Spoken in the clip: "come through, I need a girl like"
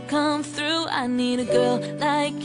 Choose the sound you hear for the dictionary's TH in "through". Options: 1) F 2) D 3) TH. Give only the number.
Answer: 3